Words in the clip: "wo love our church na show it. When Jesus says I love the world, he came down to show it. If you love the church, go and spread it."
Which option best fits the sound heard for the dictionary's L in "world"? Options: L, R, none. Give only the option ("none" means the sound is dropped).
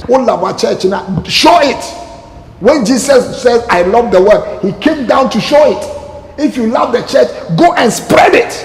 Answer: none